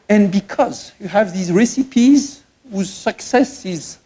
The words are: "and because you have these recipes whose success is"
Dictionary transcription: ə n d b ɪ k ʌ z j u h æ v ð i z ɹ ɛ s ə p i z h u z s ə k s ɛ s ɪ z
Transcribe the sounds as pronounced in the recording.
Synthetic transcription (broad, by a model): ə n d b ɪ k ʌ z j u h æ v ð i z ɹ ɛ s ə p i z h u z s ə k s ɛ s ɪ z